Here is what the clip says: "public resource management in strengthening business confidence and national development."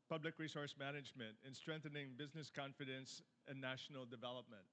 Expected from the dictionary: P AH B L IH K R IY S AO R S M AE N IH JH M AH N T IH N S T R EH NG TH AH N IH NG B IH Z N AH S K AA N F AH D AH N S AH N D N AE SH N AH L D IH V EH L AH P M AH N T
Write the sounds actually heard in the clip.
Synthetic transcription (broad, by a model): P AH B L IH K R IY S AO R S M AE N IH JH M AH N T IH N S T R EH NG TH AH N IH NG B IH Z N AH S K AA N F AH D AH N S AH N N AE SH N L D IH V EH L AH P M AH N T